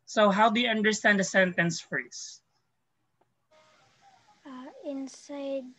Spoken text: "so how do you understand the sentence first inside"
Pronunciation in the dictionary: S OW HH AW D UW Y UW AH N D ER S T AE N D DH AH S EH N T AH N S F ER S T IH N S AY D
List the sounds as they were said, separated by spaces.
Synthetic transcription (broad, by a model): S OW HH AW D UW Y UW AH N D ER S T AE N D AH S EH N T AH N S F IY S IH N S AY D